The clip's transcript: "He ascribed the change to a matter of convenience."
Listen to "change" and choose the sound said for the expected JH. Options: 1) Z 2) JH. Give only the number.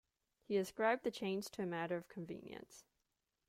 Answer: 1